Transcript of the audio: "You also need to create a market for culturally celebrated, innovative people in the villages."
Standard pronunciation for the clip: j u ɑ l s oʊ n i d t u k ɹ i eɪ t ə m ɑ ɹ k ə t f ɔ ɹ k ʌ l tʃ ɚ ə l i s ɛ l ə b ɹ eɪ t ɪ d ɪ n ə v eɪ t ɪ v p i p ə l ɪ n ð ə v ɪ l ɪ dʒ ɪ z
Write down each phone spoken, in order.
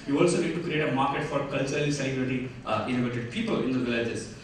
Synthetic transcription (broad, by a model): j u ɑ l s oʊ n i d t u k ɹ i eɪ t ə m ɑ ɹ k ə t f ɔ ɹ k ʌ l tʃ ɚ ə l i s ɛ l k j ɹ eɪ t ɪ ɪ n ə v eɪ t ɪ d p i p ə l ɪ n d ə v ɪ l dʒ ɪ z